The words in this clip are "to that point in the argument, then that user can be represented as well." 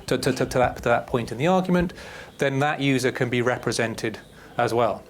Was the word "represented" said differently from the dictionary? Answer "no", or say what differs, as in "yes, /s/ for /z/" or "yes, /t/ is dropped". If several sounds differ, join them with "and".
no